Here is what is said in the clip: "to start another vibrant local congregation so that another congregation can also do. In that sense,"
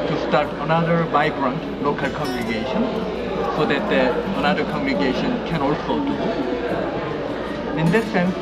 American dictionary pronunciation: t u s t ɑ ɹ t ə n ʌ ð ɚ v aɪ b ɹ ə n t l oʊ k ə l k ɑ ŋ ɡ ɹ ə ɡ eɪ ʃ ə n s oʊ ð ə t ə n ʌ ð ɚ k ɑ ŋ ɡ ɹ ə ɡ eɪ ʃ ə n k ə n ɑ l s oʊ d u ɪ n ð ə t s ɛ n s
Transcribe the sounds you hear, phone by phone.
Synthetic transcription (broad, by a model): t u s t ɑ ɹ t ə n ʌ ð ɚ b aɪ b ɹ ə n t l oʊ k ə l k ɑ ŋ ɡ ɹ ə ɡ eɪ ʃ ə n s oʊ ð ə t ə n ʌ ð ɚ k ɑ ŋ ɡ ɹ ə ɡ eɪ ʃ ə n k ə n ɑ l s oʊ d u ɪ n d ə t s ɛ n s